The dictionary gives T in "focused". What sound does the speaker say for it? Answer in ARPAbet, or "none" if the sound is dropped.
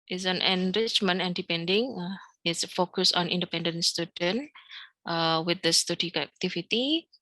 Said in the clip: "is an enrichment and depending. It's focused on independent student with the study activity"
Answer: none